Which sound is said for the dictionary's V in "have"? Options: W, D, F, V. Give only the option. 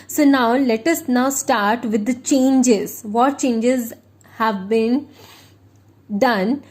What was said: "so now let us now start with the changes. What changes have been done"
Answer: V